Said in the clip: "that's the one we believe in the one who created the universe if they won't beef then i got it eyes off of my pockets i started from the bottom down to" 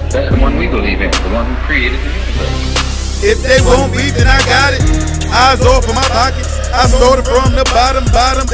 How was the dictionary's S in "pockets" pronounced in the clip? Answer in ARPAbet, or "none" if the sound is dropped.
none